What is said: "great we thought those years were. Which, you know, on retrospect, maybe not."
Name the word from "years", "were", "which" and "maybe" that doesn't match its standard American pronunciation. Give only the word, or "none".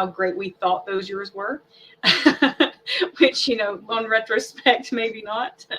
none